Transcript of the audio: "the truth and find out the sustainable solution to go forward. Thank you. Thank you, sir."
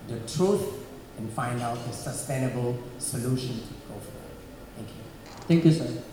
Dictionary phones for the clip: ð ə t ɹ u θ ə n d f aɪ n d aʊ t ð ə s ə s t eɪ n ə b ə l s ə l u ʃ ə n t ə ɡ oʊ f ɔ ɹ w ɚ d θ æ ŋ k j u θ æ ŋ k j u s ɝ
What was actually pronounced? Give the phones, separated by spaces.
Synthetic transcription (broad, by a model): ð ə t ɹ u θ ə n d f aɪ n d aʊ t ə s ə s t eɪ n ə b ə l s ə l u ʃ ə n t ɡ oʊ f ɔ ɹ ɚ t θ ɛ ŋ k j u t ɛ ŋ k j u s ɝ